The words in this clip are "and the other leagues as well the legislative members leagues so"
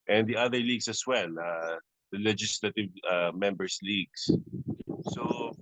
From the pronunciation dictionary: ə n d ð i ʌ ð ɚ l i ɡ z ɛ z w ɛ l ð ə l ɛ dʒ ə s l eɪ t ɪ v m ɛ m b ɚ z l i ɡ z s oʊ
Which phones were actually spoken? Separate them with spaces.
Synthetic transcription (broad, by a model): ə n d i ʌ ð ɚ l i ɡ s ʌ s w ɛ l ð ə l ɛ dʒ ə s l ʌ t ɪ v m ɛ m b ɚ s l i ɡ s s oʊ